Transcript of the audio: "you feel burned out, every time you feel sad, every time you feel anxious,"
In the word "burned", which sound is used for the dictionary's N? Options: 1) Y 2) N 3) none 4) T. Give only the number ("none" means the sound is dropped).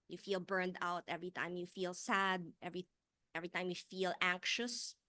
2